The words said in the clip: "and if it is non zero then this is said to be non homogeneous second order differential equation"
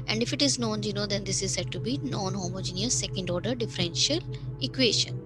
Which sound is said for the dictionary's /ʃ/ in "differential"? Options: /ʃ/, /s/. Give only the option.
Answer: /ʃ/